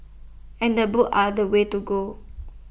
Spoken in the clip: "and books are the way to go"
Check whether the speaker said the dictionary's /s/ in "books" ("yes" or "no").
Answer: no